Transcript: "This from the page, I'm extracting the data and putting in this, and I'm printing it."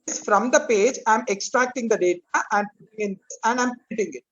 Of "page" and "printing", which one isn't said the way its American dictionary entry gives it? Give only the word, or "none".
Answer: printing